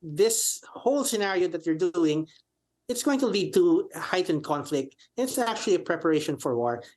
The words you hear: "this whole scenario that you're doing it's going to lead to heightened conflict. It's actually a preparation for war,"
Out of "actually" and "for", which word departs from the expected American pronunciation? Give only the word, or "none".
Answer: none